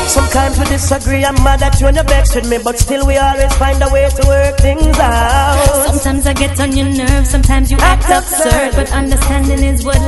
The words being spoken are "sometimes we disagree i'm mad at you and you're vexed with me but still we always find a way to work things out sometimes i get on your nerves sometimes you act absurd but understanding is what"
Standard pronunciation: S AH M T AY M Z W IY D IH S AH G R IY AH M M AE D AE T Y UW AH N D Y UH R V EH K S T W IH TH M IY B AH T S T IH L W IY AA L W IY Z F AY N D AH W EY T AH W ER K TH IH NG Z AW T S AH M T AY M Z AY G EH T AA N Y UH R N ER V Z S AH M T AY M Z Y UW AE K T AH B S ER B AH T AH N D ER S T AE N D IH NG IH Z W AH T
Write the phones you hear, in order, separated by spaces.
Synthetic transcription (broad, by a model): S AH M T AY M Z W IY D IH S AH G R IY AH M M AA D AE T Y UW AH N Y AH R B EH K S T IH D M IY B AH T S T IH L W IY AA L W IY Z F AY N D AH W EY T AH W ER K TH IH NG Z AW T S AH M T AY M Z AY G EH T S N Y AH R N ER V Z S AH M T AY M Z Y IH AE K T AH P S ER B AH T AH N D ER S T AE N D IH NG IH Z W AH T